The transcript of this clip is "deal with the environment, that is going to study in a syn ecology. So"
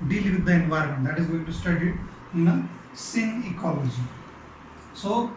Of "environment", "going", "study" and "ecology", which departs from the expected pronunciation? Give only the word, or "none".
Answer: none